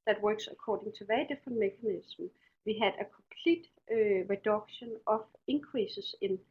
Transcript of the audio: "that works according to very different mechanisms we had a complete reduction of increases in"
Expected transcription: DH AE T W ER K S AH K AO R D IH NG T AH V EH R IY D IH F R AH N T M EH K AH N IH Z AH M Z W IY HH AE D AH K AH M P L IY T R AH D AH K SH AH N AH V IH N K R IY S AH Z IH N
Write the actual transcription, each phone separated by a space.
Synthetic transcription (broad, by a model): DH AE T W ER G S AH K AO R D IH NG S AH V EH IY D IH F AH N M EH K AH N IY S M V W IY HH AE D AH K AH M P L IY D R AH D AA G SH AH N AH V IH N K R IY S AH S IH N